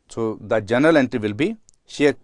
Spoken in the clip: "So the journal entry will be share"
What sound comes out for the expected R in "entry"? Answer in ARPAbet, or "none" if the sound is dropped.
R